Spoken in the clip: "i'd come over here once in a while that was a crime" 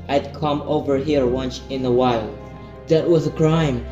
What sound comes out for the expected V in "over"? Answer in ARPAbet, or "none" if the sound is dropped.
V